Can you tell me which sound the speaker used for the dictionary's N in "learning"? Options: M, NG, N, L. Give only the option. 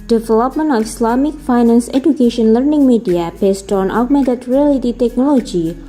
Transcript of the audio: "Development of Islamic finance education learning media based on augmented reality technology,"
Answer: N